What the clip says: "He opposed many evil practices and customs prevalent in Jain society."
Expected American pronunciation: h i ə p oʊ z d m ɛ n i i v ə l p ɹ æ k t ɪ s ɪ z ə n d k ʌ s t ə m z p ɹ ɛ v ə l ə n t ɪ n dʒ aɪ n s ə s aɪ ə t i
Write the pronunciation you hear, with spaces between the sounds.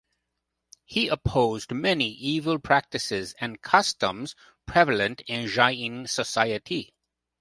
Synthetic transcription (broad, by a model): h i ə p oʊ z d m ɛ n i i v ə l p ɹ æ k t ɪ s ɪ z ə n k ʌ s t ə m z p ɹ ɛ v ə l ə n t ɪ n ʒ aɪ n s ə s aɪ ə t i